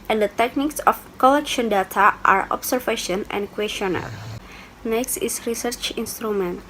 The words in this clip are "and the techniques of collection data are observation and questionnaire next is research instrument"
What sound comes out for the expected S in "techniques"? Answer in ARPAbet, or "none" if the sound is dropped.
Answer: S